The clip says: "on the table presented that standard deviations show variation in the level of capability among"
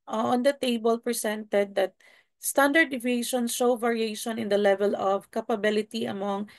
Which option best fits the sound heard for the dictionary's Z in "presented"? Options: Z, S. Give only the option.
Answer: S